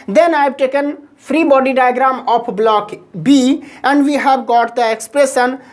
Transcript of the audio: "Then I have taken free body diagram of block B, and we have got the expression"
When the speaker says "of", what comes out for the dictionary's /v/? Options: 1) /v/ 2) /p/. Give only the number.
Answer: 2